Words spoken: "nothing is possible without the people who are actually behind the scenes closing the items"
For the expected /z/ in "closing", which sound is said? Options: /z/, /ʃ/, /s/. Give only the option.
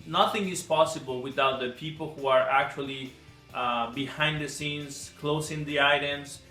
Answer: /s/